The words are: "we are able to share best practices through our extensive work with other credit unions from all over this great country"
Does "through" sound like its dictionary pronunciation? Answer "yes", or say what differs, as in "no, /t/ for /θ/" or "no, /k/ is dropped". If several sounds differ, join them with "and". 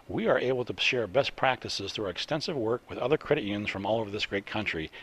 yes